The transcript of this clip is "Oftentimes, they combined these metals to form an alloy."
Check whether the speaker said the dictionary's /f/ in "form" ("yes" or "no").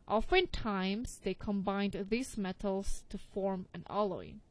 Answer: yes